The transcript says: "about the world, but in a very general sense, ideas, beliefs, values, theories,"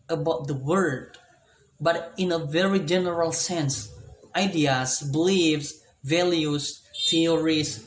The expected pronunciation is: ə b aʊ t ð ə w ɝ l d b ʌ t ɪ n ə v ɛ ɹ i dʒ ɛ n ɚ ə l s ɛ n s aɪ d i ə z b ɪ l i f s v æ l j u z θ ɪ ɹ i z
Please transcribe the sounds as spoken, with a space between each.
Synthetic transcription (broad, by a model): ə b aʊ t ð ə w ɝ d b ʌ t ɪ n ə v ɛ ɹ i dʒ ɛ n ɚ ə l s ɛ n s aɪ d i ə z b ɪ l i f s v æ l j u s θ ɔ ɹ i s